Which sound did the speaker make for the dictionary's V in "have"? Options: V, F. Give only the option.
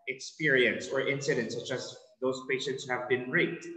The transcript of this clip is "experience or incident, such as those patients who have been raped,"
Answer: V